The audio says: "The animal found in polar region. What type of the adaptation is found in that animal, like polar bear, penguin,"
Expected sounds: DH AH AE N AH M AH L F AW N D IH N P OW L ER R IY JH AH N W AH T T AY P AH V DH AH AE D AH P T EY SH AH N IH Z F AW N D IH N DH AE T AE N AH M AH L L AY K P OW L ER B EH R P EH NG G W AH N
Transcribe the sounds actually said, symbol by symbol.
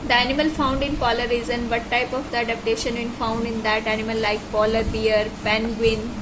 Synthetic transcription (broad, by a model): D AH AE N AH M AH L F AW N D IH N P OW L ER R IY Z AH N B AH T T AY P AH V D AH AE D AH P T EY SH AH N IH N F AW N D IH N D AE T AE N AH M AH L L AY K P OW L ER B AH R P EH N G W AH N